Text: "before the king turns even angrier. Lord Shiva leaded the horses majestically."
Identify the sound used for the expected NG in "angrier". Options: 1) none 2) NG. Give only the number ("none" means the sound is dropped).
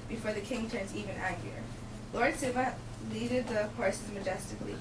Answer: 1